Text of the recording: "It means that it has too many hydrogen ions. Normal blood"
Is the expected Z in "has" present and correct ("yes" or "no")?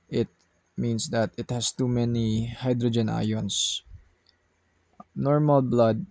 no